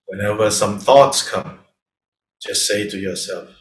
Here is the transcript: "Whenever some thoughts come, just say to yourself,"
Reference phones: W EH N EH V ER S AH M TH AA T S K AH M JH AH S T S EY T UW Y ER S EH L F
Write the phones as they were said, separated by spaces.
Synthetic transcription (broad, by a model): W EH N EH V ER S AH M TH AA T S K AH M JH AH S T S EY T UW Y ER S EH L F